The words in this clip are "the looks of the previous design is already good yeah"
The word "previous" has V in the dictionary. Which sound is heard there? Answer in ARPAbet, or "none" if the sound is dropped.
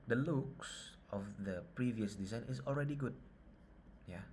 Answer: V